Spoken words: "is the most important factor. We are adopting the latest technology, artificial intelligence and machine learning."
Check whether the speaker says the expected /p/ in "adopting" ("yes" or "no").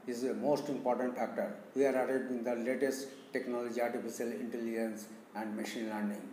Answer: no